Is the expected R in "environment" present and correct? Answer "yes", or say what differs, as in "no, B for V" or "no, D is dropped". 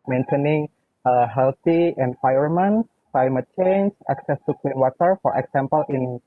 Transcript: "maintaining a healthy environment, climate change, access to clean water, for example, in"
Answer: no, R is dropped